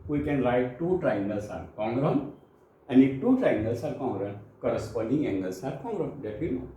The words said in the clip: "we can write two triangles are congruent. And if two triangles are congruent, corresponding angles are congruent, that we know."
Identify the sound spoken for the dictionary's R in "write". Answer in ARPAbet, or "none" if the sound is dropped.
L